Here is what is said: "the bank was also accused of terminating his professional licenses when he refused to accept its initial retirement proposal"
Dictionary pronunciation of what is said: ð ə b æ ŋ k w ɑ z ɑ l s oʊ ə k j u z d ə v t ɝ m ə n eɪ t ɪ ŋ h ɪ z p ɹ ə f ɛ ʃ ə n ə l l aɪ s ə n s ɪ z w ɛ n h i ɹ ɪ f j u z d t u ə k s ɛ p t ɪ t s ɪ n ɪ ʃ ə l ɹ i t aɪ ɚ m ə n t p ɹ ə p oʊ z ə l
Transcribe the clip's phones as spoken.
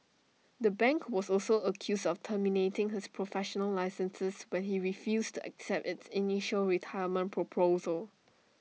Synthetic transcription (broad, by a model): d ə b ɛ ŋ k w ɑ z ɑ l s oʊ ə k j u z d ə f t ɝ m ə n eɪ t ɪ ŋ h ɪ s p ɹ ə f ɛ ʃ ə n ə l l aɪ s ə n s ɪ s w ɛ n h i ɹ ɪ f j u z t u ə k s ɛ p t ɪ t s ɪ n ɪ ʃ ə l ɹ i t aɪ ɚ m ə n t p ɹ ə p oʊ z ə l